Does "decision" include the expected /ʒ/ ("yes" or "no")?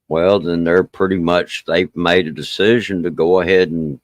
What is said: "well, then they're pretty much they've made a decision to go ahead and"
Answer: yes